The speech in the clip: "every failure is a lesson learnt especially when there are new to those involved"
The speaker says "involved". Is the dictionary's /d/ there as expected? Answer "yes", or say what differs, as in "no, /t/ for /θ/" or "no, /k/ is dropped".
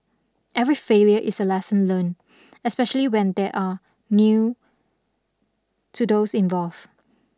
no, /d/ is dropped